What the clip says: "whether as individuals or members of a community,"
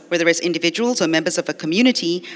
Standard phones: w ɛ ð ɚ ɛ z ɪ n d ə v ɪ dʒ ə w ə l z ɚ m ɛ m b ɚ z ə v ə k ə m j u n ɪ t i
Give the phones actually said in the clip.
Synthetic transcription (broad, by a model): w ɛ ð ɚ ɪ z ɪ n d ə v ɪ dʒ ə w ə l z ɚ m ɛ m b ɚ z ə v ə k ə m j u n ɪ t i